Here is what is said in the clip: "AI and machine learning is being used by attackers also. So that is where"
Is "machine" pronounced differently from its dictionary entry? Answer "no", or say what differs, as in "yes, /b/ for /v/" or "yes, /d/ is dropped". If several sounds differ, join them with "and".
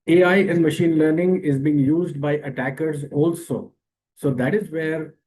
no